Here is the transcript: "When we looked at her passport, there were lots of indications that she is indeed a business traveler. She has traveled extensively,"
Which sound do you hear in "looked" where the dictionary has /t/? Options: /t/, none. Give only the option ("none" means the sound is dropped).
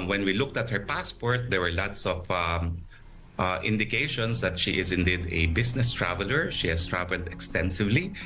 /t/